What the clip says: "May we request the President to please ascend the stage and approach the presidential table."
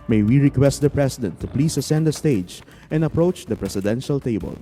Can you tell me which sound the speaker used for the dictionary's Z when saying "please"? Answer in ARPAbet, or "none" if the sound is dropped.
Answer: S